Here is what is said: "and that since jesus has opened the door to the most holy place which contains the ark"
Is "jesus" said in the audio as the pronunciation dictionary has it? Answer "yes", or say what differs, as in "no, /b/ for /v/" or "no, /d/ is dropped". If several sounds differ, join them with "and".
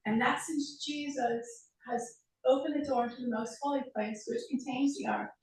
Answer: yes